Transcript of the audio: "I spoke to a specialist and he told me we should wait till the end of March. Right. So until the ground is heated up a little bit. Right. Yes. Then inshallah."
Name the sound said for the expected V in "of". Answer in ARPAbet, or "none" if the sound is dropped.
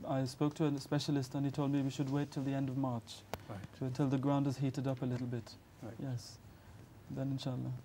V